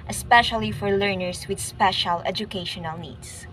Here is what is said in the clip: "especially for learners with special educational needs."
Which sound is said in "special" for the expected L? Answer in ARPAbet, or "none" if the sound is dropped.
L